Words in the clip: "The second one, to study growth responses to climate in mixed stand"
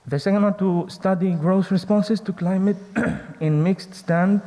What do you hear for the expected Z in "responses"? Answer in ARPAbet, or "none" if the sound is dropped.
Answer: S